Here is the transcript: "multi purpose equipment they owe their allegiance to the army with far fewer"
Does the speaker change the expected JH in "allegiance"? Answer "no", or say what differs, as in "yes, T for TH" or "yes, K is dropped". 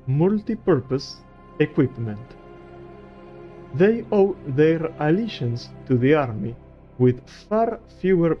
yes, SH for JH